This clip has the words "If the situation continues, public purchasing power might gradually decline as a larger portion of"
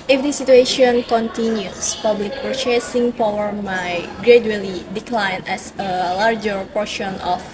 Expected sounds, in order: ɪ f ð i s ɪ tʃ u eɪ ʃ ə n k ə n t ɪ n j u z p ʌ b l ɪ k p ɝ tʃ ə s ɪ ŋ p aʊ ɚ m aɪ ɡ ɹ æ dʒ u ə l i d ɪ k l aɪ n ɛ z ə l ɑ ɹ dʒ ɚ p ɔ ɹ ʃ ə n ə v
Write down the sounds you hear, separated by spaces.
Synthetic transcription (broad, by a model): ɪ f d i s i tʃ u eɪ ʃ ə n k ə n t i n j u s p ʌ b l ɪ k p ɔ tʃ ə s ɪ ŋ p aʊ ɚ m aɪ ɡ ɹ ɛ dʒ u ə l i d ɪ k l aɪ n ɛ s ə l ɑ ɹ dʒ ɚ p ɔ ɹ ʃ ə n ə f